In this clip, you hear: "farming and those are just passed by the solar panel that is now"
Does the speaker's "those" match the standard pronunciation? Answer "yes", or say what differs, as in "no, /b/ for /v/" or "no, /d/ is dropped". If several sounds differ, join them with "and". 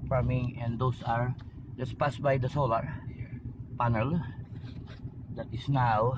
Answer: no, /s/ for /z/